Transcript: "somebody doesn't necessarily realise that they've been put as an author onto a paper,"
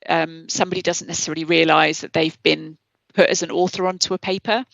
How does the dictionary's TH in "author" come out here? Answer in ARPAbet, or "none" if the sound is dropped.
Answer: TH